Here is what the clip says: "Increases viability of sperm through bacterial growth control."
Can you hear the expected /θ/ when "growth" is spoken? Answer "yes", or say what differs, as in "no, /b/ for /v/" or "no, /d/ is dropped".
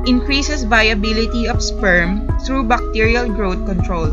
no, /t/ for /θ/